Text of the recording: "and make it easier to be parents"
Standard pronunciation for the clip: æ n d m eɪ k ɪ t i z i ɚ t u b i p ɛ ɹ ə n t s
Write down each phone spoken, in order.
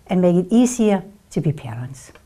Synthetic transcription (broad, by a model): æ n m eɪ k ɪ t i s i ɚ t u b i p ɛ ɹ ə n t s